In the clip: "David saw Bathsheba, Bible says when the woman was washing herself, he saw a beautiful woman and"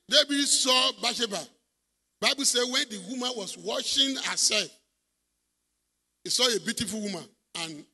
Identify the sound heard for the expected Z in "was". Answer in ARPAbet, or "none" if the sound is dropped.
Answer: S